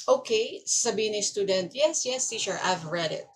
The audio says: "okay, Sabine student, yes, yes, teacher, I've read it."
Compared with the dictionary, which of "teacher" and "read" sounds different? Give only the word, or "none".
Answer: teacher